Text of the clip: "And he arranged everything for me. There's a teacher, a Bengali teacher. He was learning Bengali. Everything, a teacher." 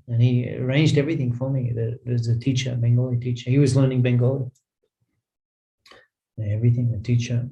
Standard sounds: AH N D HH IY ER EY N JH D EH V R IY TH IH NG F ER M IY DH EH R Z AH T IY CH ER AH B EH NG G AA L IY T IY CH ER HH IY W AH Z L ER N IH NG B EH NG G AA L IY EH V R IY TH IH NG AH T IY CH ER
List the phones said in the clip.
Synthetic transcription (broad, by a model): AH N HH IY ER EY N JH D EH V R IY TH IH NG F ER M IY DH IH W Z AH T IY CH ER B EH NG G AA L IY T IY CH ER HH IY W AH Z L ER N IH NG B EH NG G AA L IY EH V R IY TH IH NG AH T IY CH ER